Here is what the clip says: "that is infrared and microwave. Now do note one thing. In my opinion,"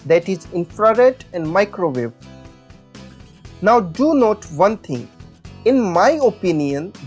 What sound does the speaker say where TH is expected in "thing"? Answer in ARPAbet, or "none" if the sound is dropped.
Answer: T